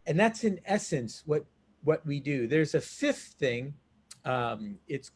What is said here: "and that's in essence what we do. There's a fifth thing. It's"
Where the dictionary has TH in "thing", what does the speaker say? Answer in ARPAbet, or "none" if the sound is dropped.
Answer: TH